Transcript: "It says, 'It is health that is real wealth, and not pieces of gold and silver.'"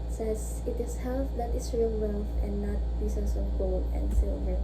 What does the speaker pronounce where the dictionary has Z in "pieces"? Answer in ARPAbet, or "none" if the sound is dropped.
S